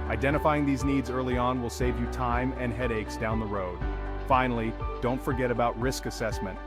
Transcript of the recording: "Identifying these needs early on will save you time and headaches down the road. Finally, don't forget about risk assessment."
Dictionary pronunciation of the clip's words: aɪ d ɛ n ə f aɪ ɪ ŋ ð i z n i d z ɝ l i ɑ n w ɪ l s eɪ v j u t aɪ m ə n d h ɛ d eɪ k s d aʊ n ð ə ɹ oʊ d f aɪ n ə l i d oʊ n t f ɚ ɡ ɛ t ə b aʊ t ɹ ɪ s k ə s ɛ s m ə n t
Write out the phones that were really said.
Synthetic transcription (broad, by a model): aɪ d ɛ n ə f aɪ ɪ ŋ ð i z n i d z ɝ l i ɑ n w ɪ l s eɪ v j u t aɪ m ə n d h ɛ d eɪ k s d aʊ n ð ə ɹ oʊ d f aɪ n l i d oʊ n t f ɚ ɡ ɛ t ə b aʊ t ɹ ɪ s k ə s ɛ s m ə n t